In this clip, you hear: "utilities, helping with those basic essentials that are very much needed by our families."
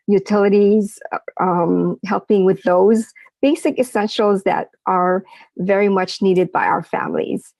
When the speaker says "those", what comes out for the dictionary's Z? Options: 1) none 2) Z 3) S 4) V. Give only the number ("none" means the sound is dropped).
2